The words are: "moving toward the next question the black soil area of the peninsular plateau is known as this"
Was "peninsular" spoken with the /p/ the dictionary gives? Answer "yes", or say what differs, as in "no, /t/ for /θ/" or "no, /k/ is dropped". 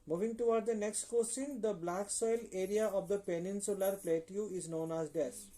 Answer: yes